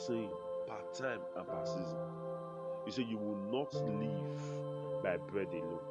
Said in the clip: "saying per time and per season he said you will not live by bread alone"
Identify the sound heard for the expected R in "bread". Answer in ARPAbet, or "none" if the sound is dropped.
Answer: R